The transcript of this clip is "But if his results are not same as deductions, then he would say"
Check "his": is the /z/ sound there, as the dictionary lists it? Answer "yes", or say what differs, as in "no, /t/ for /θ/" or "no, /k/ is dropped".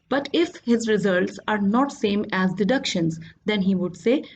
yes